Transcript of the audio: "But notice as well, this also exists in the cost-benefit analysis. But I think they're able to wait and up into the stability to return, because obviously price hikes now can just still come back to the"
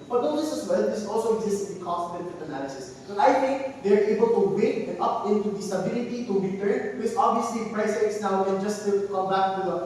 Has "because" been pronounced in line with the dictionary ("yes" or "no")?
no